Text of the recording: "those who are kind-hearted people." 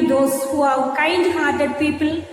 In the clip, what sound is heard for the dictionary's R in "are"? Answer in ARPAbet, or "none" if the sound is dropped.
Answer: W